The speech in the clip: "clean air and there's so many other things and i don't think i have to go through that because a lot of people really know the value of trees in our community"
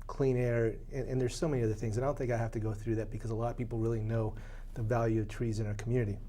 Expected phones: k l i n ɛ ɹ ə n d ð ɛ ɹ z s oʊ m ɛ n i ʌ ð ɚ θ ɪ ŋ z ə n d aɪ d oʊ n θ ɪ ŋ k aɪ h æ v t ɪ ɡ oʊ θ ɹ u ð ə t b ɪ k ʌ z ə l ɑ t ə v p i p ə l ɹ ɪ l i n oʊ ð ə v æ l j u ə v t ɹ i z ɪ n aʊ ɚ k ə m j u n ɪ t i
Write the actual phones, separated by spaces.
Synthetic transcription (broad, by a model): k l i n ɛ ɹ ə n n ð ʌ ɹ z s oʊ m ɛ n i ʌ ð ɚ θ ɪ ŋ z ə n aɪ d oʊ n θ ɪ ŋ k aɪ h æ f t ɪ ɡ oʊ θ ɹ u ð ə t b ɪ k ʌ z ə l ɑ t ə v p i p l ɹ ɪ l i n oʊ ð ə v æ l j u ə v t ɹ i z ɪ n aʊ ɚ k m j u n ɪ t i